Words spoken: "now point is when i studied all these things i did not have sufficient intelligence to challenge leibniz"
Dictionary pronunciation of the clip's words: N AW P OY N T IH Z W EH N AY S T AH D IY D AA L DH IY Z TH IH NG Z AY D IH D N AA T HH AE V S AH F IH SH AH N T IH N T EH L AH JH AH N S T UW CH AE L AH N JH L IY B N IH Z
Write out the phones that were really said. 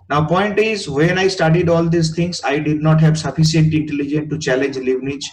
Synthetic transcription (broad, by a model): N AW P OY N T IH Z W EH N AY S T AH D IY D AA L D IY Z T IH NG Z AY D IH D N AA T HH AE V S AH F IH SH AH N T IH N T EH L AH JH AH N T UW CH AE L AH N JH L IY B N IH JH